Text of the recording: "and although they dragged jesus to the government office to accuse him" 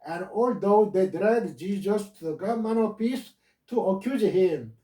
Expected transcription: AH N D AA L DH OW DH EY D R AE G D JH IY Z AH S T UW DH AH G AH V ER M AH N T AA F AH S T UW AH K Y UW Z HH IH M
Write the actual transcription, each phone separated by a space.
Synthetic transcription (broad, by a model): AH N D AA L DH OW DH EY D R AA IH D JH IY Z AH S T UW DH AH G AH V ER M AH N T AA P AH S T UW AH K Y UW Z HH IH M